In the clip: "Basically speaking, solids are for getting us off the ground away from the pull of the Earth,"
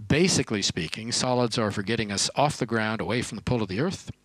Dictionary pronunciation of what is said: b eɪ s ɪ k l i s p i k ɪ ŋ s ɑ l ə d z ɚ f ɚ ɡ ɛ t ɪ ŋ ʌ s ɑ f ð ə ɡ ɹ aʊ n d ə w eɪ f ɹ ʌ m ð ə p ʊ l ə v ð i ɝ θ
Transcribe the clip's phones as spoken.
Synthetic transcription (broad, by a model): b eɪ s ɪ k l i s p i k ɪ ŋ s ɑ l ə d z ɚ f ɚ ɡ ɛ t ɪ ŋ ʌ s ɑ f ð ə ɡ ɹ aʊ n d ə w eɪ f ɹ ʌ m ð ə p ʊ l ə v ð i ɝ θ